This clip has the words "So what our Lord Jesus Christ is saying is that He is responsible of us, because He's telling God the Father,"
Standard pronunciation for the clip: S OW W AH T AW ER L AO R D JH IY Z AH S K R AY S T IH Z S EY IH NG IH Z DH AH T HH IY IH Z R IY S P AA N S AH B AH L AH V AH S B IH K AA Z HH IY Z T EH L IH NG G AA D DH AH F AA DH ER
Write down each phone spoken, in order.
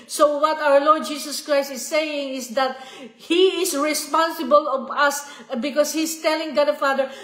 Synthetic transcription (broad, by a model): S OW W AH T AW ER L AO R D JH IY S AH S K R AY S T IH S EY IH NG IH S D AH T HH IY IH S R IY S P AA N S AH B AH L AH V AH S B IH K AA S HH IY S T EH L IH NG G AA D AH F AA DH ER